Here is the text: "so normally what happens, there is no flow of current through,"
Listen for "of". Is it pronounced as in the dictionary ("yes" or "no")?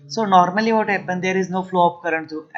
no